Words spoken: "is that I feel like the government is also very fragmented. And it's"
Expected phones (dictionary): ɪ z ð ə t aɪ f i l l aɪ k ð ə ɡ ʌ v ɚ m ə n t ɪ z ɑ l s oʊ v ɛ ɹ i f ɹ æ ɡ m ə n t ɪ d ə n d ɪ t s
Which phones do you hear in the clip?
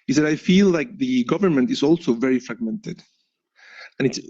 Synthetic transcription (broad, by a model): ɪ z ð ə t aɪ f i l l aɪ k ð ə ɡ ʌ v ɚ m ə n t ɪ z ɑ l s oʊ v ɛ ɹ i f ɹ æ ɡ m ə n t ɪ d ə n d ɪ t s